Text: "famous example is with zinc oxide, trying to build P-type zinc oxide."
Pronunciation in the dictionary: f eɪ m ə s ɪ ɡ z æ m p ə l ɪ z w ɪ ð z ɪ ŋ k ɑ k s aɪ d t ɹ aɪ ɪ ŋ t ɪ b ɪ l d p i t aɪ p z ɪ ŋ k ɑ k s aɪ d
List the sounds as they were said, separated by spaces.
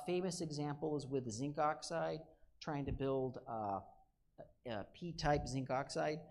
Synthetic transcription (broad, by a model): f eɪ m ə s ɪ ɡ z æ m p l z w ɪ ð z ɪ ŋ k ɑ k s aɪ d t ɹ aɪ ɪ ŋ t ɪ b ɪ l d p i t aɪ p z ɪ ŋ k ɑ k s aɪ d